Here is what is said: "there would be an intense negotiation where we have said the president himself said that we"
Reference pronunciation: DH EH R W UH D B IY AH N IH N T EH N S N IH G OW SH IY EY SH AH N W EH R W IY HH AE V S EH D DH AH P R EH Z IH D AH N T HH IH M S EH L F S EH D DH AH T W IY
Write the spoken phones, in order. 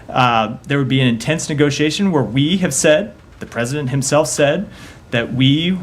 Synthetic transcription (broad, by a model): DH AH R W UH D B IY AH N IH N T EH N S N IH G OW SH IY EY SH AH N W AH R W IY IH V S EH D DH AH P R EH Z IH D AH N T HH IH M S EH L F S EH D DH AH T W IY